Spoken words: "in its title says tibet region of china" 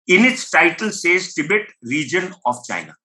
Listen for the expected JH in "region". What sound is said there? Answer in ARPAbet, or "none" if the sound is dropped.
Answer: JH